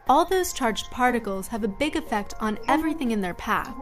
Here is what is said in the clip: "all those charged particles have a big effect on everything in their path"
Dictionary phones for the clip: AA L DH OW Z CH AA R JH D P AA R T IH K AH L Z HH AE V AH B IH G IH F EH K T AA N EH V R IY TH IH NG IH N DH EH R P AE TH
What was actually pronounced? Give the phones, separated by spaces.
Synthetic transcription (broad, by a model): AA L DH OW Z CH AA R JH D P AA R T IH K L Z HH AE V AH B IH G IH F EH K T N EH V R IY TH IH NG IH N DH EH R P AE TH